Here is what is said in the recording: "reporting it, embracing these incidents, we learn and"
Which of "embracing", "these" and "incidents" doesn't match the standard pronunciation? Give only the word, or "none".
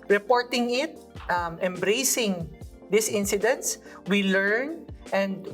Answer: these